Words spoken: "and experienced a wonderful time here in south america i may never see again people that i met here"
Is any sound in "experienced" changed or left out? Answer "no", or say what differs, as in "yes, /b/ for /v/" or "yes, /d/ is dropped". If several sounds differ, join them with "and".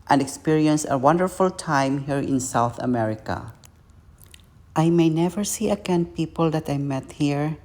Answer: yes, /t/ is dropped